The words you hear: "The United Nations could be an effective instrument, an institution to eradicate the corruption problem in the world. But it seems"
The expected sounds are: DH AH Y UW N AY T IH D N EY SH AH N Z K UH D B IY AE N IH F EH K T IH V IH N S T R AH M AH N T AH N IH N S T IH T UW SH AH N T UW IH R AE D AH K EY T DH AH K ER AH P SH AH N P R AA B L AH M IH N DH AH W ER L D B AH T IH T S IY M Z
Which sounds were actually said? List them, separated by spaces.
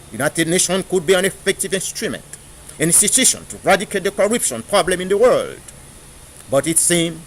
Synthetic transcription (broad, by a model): Y UW N AY T IH D N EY SH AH N K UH D B IY AE N IH F EH K T IH V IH N S T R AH M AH N T AH N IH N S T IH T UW SH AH N T UW R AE D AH K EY T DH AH K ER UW P SH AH N P R AA B L AH M IH N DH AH W ER L D B AH T IH T S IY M